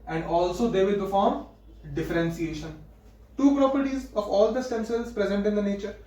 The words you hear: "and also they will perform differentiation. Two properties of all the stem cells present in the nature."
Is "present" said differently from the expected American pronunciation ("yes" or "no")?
no